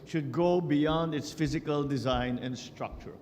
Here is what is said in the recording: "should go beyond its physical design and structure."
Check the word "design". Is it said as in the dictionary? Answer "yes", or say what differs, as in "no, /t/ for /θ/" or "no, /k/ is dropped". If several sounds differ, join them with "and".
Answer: yes